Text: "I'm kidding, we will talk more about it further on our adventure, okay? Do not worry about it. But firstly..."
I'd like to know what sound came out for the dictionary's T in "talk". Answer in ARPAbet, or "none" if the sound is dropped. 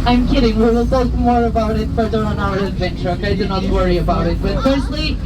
S